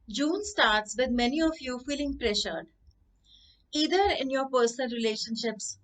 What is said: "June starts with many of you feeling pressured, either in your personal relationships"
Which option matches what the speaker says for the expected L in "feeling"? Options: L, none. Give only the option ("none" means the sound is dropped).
L